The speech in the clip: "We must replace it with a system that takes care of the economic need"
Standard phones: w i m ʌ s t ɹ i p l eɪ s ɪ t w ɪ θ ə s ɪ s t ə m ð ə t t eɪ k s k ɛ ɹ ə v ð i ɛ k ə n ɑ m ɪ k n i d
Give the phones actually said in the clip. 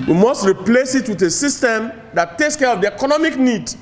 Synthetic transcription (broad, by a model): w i m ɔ s t ɹ i p l eɪ s ɪ t w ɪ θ ə s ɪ s t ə m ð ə t t eɪ k s k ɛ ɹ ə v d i ɛ k ə n ɑ m ɪ k n i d